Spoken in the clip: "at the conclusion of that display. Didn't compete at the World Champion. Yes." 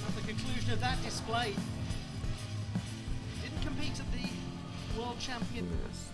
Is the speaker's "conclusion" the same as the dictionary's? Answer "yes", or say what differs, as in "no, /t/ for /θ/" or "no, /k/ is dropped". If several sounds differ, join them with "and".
yes